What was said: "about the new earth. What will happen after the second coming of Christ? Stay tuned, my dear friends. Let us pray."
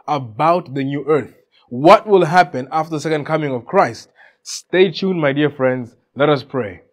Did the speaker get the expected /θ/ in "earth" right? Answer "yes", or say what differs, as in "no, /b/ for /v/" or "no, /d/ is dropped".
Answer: yes